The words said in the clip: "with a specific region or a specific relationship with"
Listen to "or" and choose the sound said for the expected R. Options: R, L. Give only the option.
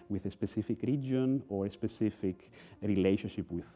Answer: R